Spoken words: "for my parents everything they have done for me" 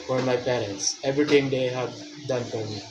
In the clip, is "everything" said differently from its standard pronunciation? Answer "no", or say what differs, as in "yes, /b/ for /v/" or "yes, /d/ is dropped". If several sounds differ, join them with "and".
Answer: yes, /t/ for /θ/